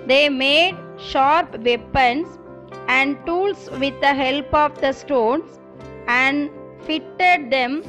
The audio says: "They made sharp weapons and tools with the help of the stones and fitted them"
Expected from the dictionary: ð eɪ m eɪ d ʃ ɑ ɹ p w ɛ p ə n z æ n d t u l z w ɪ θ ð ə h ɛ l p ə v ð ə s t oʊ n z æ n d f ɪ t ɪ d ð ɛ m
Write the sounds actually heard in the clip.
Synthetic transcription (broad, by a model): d eɪ m eɪ d ʃ ɑ ɹ p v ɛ p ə n s æ n d t u l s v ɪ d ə h ɛ l p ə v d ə s t oʊ n s æ n d f ɪ t ɪ d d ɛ m